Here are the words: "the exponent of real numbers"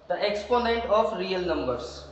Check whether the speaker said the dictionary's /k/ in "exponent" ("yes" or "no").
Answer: yes